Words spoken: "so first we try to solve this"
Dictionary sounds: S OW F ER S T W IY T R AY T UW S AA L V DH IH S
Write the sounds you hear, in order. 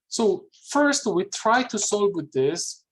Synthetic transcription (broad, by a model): S OW F ER S T W IY T R AY T UW S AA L W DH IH S